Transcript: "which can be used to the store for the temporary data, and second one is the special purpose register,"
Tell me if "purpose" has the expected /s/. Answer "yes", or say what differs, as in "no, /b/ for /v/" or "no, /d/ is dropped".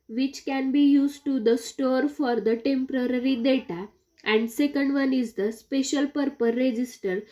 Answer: no, /s/ is dropped